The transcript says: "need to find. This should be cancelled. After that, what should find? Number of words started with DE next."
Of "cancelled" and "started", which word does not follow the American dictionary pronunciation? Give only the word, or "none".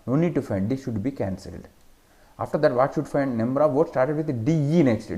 none